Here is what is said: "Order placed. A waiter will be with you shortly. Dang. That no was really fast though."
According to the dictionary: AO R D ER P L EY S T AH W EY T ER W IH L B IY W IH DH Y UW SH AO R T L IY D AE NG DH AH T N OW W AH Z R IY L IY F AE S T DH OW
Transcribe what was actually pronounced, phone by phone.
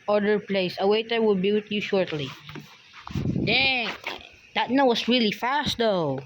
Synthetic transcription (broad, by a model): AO R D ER P L EY S AH W EY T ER W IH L B IY W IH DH Y UW SH AO R T L IY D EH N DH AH T N OW W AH S R IY L IY F AE S T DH OW